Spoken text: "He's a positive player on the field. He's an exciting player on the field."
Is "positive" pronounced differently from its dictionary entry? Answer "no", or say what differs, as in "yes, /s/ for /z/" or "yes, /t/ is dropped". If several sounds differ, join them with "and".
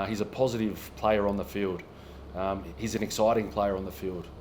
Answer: no